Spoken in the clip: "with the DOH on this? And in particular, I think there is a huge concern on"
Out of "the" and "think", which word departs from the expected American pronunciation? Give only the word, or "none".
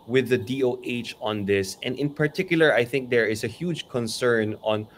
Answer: none